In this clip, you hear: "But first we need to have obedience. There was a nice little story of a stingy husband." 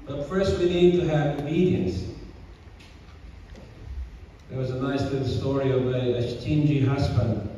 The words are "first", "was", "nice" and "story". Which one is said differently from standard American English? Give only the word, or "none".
none